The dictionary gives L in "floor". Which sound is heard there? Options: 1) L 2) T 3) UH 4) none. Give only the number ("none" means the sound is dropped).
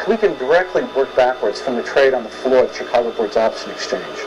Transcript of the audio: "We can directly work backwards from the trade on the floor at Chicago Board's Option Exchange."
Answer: 1